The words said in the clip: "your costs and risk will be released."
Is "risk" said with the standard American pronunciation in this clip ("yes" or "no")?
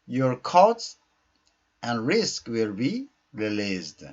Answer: yes